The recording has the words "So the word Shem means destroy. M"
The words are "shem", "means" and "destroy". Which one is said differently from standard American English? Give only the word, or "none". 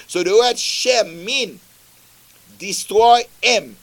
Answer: means